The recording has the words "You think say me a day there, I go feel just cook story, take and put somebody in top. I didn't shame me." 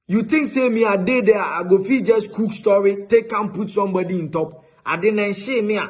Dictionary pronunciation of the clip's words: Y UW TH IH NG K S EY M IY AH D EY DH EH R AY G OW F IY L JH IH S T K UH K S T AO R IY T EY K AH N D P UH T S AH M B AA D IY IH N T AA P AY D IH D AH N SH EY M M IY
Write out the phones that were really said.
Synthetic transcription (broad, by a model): Y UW T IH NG K S EY M IY AH D EY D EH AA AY G OW F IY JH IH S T K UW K S T AO R IY T EY K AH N P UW T S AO M B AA D IY IH N T AA P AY D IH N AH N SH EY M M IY